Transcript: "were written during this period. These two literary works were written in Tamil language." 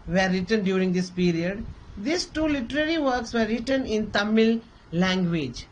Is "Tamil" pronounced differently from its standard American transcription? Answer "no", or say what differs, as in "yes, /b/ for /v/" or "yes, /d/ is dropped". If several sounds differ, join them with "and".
no